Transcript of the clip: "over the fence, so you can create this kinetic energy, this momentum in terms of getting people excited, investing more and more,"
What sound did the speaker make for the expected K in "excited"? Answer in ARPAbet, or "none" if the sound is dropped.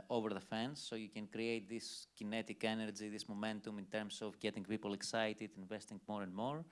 K